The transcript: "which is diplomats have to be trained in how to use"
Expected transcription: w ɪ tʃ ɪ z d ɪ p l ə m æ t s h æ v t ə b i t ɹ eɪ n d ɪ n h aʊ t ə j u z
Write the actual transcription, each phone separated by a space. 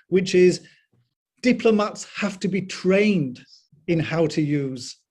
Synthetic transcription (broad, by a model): w ɪ tʃ ɪ z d ɪ p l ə m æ t s h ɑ f t ə b i t ɹ eɪ n d ɪ n h aʊ t ə j u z